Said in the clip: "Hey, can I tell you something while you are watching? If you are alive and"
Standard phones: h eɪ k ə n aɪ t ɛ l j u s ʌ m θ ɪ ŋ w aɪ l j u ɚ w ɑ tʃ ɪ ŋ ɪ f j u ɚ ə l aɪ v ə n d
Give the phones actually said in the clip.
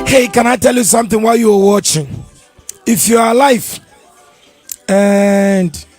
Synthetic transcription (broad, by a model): h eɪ k ə n aɪ t ɛ l j u s ʌ m θ ɪ ŋ w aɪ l j u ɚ w ɑ tʃ ɪ ŋ ɪ f j u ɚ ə l aɪ f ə n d